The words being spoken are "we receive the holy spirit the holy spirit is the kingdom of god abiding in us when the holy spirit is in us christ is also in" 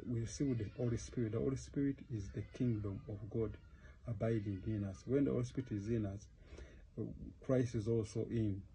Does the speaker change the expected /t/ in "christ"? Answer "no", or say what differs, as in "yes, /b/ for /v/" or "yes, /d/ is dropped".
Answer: no